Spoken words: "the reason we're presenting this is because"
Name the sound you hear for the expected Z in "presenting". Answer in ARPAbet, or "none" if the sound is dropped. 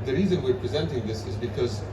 Z